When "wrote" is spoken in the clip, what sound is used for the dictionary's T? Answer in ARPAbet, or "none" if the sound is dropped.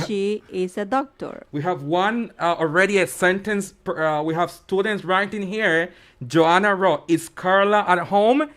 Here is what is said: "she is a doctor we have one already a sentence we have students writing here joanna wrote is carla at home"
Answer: none